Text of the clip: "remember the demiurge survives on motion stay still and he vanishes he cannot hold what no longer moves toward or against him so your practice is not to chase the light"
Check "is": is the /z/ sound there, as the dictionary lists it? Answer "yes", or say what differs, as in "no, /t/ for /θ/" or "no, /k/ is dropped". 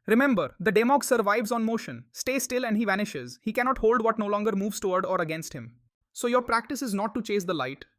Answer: yes